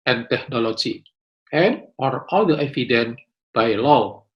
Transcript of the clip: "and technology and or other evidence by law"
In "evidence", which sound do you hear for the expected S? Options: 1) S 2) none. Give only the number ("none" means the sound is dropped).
2